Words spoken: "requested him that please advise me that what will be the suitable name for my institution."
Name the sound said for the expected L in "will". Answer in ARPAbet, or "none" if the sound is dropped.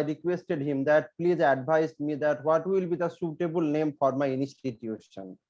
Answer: L